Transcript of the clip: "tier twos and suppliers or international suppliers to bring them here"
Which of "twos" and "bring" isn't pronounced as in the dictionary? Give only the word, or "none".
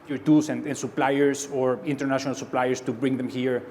twos